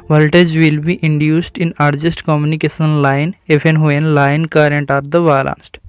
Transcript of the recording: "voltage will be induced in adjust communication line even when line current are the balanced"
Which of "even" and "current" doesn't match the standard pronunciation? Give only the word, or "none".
even